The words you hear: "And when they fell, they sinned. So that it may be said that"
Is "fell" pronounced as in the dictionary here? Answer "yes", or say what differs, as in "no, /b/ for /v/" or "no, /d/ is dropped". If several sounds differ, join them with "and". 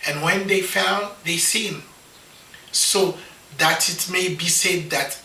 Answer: no, /n/ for /l/